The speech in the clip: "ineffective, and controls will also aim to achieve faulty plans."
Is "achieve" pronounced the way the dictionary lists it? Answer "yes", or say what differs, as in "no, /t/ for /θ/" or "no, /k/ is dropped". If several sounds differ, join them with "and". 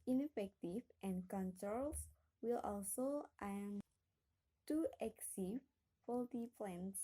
no, /s/ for /tʃ/